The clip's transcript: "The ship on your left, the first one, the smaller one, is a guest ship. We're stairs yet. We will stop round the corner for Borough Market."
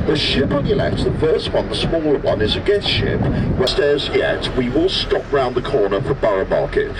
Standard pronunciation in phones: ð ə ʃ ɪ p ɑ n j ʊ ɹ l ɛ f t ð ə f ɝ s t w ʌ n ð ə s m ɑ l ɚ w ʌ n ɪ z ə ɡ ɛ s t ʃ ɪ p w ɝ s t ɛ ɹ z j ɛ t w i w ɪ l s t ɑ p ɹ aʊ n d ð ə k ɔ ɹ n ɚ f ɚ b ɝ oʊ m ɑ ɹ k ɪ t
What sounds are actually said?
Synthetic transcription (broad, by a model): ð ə ʃ ɪ p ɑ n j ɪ l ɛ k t ð ə f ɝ s t w ʌ n ð ə s m ɑ l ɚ w ʌ n ɪ z ə ɡ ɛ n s ʃ ɪ p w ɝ s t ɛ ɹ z j ɛ t w i w ɪ l s t ɑ p ɹ aʊ n ð ə k ɔ ɹ n ɚ f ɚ b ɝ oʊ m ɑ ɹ k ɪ t